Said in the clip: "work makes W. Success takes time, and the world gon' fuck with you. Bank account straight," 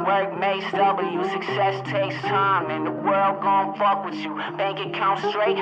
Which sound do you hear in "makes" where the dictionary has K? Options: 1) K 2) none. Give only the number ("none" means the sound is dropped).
2